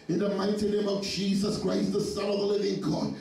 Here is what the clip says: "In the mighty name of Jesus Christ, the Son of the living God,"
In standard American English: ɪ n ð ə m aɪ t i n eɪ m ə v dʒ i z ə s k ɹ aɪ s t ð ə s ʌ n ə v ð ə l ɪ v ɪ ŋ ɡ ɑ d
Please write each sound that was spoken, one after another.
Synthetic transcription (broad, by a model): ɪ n ð ə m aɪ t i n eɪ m ə v dʒ i z ə s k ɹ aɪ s ð ə s ʌ n ə v ð ə l ɪ v ɪ ŋ ɡ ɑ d